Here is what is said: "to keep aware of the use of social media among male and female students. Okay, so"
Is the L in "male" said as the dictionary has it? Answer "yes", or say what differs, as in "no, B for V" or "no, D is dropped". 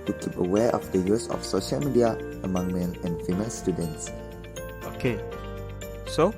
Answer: no, N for L